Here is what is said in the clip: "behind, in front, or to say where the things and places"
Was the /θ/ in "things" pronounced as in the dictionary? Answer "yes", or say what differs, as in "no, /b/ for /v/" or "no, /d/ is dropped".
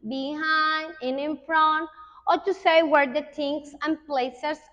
no, /t/ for /θ/